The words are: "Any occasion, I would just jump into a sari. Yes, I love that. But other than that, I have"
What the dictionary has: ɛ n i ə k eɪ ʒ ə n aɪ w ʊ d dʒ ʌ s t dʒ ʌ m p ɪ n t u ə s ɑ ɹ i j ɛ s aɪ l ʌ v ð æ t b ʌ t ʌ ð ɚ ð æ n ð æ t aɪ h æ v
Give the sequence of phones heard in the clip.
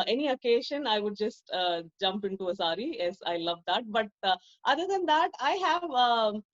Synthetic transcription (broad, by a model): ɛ n i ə k eɪ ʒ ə n aɪ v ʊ d dʒ ʌ s t dʒ ʌ m p ɪ n t u ə s ɑ ɹ i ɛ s aɪ l ʌ v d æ t b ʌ t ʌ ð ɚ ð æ n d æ t aɪ h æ v